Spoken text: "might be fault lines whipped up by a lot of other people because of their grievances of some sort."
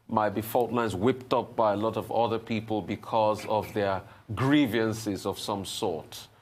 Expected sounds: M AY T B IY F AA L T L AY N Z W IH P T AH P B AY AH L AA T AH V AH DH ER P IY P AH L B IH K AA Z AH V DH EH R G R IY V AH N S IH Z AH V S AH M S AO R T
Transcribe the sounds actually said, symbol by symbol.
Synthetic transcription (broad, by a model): M AY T B IY F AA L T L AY N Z W IH P T AH P B AY AH L AA T AH V AH DH ER P IY P AH L B IH K AA Z AH V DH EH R G R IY V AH N S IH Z AH V S AH M S AO R T